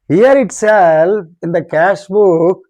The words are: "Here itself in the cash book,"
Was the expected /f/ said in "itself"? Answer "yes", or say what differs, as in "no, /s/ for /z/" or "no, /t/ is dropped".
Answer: no, /f/ is dropped